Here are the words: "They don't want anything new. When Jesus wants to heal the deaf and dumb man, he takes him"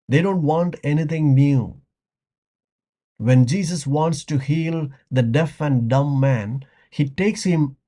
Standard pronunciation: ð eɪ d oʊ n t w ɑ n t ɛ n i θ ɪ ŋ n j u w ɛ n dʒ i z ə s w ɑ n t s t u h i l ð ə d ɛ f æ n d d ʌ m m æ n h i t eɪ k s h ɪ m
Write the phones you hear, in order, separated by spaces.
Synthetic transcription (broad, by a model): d eɪ d oʊ n t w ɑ n t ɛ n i t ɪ ŋ n j u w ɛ n dʒ i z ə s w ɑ n t s t u h i l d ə d ɛ f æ n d d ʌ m m æ n h i t eɪ k s h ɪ m